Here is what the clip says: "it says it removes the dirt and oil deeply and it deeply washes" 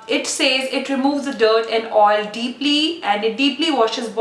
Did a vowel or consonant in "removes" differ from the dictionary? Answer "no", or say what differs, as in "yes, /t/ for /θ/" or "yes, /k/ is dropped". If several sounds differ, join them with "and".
no